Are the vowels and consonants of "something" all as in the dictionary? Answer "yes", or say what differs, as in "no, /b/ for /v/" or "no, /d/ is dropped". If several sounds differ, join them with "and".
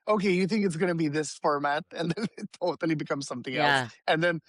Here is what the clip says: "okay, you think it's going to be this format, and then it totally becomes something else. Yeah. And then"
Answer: yes